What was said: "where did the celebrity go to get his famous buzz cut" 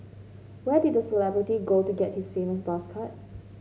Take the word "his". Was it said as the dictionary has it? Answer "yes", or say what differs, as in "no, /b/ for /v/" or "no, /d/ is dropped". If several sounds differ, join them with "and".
no, /s/ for /z/